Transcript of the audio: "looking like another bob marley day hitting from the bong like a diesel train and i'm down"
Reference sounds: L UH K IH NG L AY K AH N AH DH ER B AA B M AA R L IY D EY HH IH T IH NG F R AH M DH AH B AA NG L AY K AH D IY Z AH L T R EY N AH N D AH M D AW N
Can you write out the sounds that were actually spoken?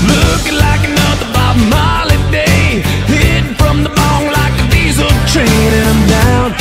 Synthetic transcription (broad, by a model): L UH K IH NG L AY K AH N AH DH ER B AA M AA L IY D EY IH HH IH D F R AH M DH AH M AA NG L AY K AH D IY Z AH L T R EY AH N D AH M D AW